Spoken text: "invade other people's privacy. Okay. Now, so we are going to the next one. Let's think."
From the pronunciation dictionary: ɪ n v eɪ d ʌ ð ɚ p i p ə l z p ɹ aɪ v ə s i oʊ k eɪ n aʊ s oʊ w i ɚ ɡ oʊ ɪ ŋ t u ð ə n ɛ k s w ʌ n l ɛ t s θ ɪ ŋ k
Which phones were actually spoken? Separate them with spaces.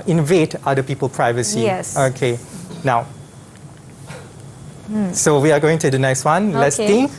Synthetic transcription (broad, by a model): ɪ n v eɪ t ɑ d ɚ p i p ə l p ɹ aɪ v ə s i oʊ k eɪ n aʊ s oʊ w i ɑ ɡ oʊ ɪ ŋ t u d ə n ɛ k s w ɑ n l ɛ t s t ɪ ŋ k